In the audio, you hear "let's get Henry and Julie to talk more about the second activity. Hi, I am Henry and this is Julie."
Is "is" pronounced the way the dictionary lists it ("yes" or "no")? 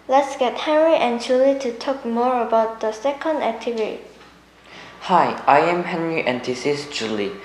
no